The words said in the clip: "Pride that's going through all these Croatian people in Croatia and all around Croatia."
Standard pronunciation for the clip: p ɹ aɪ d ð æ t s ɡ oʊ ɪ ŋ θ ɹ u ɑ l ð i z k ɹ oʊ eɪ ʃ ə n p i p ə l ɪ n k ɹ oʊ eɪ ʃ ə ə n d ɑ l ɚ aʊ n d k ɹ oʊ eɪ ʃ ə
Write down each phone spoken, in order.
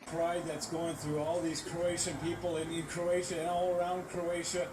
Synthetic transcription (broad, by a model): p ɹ aɪ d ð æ t s ɡ oʊ ɪ ŋ θ ɹ u ɑ l ð i z k ɹ oʊ eɪ ʃ ə n p i p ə n ɪ n k ɹ oʊ eɪ ʃ ə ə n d ɑ l ɚ aʊ n d k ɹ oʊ eɪ ʃ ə